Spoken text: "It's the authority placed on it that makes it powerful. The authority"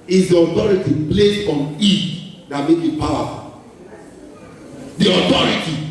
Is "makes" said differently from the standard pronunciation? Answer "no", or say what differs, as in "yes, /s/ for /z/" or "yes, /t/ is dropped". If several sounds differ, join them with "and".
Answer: yes, /s/ is dropped